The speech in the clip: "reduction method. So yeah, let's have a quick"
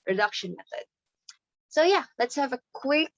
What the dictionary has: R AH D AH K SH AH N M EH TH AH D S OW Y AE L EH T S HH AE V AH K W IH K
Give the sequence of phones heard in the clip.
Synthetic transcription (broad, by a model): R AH D AH K SH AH N M EH TH AH D S OW Y AE L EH T S HH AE V AH K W IH K